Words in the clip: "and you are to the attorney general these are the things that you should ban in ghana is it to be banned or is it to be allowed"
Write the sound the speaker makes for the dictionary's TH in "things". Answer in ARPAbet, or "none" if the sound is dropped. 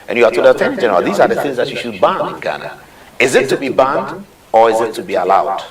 TH